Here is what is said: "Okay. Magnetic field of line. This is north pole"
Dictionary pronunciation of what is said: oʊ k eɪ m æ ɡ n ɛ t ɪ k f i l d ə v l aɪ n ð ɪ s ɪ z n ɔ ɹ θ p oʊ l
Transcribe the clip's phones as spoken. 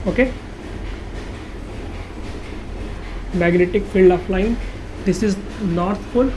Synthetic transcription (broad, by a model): oʊ k eɪ m æ ɡ n ɛ t ɪ k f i l d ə f l aɪ n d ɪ s ɪ z n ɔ ɹ t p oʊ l